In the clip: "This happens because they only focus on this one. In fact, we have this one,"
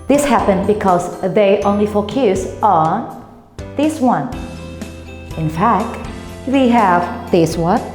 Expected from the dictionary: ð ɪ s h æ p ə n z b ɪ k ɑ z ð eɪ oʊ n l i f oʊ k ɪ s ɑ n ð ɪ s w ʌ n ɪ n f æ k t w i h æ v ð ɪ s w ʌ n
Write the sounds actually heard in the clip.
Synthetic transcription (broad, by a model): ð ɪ s h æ p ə n b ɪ k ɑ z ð eɪ oʊ n l i f oʊ k ɪ s ɑ n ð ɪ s w ʌ n ɪ n f æ k t w i h æ v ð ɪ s w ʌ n